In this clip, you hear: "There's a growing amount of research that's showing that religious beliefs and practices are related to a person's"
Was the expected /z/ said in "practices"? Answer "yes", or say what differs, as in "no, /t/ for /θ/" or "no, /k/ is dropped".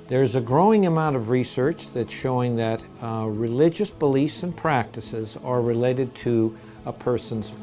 yes